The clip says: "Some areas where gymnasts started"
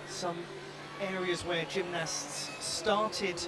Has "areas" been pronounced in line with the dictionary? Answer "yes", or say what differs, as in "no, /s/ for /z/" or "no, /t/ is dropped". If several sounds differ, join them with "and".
yes